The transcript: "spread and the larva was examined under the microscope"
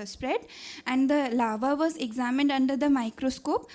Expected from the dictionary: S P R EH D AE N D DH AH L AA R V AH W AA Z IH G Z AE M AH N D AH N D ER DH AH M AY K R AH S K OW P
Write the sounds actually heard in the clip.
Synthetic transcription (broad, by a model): S P R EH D AE N D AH L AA V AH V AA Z IH G Z AE M AH N D AH N D ER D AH M AY K R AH S K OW P